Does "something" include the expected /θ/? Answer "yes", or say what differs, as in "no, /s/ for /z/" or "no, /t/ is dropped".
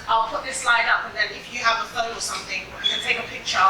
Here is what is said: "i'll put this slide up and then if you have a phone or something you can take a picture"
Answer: yes